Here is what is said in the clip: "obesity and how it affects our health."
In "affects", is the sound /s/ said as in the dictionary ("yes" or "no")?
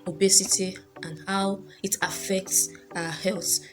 yes